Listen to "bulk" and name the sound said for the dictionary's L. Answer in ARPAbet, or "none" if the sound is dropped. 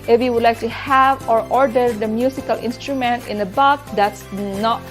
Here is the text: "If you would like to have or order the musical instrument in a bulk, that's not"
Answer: none